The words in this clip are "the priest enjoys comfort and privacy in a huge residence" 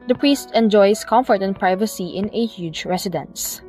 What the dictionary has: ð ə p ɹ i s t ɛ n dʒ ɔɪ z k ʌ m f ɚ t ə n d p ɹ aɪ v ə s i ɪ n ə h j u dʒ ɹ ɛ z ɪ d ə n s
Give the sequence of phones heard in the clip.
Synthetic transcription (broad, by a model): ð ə p ɹ i s t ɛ n dʒ ɔɪ s k ʌ m f ɚ t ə n p ɹ aɪ v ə s i ɪ n ə h j u dʒ ɹ ɛ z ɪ d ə n s